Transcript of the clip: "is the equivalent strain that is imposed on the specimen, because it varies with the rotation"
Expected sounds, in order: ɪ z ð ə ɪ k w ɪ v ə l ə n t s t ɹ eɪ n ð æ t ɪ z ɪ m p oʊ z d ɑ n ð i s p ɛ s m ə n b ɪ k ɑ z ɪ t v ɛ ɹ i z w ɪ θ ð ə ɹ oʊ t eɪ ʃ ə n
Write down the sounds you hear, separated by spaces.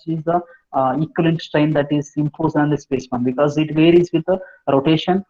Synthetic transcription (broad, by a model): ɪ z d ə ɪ k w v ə l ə n t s t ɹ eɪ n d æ t ɪ z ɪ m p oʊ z ɑ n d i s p ɛ s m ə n b ɪ k ɑ z ɪ t v ɛ ɹ i z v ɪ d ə ɹ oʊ t eɪ ʃ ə n